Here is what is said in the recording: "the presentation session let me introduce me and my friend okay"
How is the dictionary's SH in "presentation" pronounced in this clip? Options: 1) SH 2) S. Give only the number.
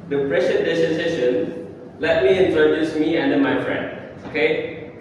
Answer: 2